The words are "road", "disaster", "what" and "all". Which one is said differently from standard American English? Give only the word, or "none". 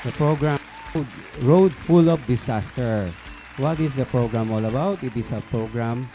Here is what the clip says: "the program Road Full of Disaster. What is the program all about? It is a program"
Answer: disaster